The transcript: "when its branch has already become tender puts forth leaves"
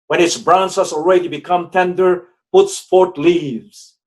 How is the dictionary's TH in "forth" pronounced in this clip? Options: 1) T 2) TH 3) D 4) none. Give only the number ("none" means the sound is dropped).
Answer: 1